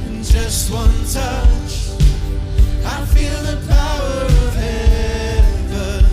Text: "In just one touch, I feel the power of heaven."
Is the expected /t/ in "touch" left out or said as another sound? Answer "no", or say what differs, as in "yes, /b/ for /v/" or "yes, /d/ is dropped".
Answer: no